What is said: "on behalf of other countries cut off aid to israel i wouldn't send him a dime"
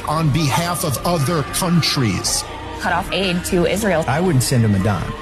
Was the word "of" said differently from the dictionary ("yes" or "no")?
no